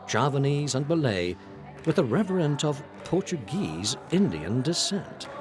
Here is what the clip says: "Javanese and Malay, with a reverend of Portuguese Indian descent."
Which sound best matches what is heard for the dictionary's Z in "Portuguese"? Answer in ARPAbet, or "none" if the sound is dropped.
Z